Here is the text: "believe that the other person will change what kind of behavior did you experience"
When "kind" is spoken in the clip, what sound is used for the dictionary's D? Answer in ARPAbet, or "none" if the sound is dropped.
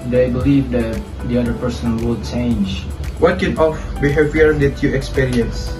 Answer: none